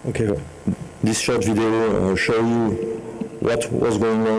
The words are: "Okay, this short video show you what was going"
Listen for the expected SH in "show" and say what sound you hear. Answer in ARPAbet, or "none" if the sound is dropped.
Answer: SH